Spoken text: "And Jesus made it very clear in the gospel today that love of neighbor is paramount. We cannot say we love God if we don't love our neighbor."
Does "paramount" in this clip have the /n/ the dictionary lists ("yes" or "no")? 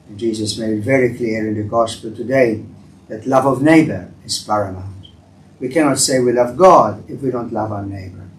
no